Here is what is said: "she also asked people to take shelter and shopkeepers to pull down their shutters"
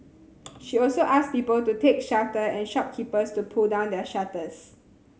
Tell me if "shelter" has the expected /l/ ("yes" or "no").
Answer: no